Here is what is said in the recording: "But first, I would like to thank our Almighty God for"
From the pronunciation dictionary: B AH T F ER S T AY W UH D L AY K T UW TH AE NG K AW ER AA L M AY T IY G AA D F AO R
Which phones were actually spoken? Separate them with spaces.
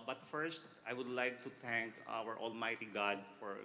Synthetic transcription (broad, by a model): B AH T F ER S T AY W UH D L AY K T UW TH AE NG K AW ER AA L M AY T IY G AA D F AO R